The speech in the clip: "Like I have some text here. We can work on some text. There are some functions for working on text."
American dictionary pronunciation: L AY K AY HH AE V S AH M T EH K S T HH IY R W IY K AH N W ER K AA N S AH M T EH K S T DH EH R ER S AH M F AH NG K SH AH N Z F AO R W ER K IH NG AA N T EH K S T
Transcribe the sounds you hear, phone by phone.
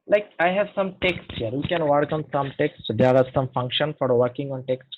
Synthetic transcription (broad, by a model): L AY K AY HH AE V S AH M T EH K S T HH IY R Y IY K AH N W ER K AA N S AH M T EH K S T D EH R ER S AH M F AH NG K SH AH N F AO R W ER K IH NG AA N T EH K S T